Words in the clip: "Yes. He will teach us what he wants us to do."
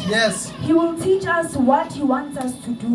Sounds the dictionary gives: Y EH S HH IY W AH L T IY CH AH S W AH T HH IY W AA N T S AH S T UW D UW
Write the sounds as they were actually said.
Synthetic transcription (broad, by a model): Y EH S HH IY W AH L T IY CH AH S W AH T HH IY W AA N T S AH S T UW D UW